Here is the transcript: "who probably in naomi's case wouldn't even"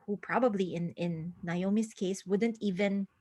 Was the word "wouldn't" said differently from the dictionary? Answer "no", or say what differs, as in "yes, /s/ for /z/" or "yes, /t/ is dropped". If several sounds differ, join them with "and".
no